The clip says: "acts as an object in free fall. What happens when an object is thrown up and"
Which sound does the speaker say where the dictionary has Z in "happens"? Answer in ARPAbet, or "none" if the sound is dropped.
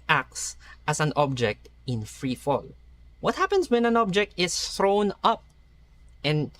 S